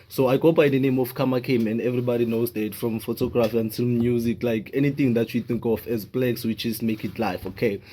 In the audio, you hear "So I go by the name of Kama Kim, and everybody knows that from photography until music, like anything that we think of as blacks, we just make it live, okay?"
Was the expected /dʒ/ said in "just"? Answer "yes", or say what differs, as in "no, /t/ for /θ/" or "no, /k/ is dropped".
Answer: no, /tʃ/ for /dʒ/